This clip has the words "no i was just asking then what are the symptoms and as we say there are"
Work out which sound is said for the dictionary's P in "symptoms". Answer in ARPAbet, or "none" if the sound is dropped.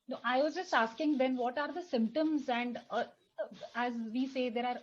P